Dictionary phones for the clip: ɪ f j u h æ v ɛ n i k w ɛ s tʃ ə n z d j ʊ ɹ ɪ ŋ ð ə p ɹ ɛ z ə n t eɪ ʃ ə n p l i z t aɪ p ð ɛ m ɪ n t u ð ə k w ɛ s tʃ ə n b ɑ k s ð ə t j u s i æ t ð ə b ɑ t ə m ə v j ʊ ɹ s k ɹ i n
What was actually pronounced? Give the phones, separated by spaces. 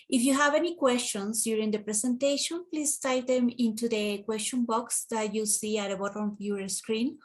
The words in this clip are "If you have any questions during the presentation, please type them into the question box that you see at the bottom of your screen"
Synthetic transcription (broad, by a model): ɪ f j u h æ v ɛ n i k w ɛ s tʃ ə n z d j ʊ ɹ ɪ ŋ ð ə p ɹ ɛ s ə n t eɪ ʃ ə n p l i s t aɪ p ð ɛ m ɪ n t u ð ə k w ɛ s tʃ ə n b ɑ k s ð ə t j u s i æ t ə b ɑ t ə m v j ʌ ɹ s k ɹ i n